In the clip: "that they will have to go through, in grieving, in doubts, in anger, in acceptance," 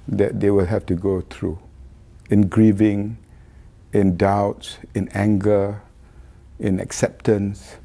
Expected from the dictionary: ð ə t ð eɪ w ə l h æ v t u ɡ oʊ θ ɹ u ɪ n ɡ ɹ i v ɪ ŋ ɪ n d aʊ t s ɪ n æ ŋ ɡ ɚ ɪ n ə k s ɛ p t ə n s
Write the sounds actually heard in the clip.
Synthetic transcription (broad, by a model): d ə t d eɪ w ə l h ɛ f t u ɡ oʊ t ɹ u ɪ n ɡ ɹ i v ɪ ŋ ɪ n d aʊ t s ɪ n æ ŋ ɡ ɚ ɪ n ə k s ɛ p t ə n s